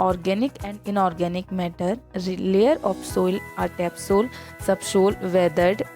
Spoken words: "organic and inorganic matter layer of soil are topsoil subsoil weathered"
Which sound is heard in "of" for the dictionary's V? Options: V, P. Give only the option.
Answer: P